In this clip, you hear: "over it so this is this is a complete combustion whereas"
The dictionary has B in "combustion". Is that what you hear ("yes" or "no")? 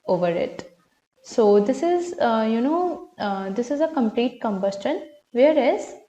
yes